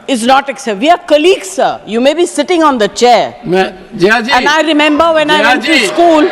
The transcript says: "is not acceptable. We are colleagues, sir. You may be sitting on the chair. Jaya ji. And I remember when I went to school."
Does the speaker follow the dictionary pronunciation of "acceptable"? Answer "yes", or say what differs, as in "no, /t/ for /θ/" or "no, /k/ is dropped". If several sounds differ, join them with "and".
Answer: no, /b/ is dropped